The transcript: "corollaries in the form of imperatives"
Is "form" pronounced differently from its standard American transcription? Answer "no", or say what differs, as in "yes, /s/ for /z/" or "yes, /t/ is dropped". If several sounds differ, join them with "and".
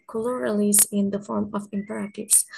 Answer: no